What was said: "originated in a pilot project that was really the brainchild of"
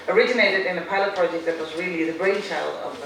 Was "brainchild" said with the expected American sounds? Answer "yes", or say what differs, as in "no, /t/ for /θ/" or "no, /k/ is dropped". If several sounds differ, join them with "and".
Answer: no, /d/ is dropped